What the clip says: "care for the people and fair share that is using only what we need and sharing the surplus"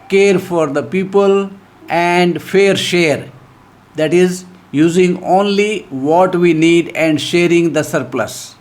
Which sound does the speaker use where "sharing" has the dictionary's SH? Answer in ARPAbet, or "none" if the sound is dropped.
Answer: SH